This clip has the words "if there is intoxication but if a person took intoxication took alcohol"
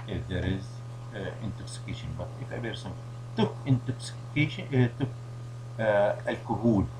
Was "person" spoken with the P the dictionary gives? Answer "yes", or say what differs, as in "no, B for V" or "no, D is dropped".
no, B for P